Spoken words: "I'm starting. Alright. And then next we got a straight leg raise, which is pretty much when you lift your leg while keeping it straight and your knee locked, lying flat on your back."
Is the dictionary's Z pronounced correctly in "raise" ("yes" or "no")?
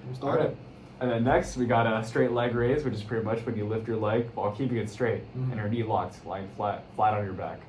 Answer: yes